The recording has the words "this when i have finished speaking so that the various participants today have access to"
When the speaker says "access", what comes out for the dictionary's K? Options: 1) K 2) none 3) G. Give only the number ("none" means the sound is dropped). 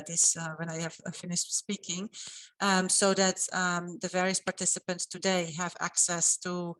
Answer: 1